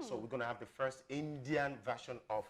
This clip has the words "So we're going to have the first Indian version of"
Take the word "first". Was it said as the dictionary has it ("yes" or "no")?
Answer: yes